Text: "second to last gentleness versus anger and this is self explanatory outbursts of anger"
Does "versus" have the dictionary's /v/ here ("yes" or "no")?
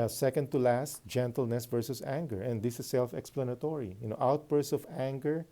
yes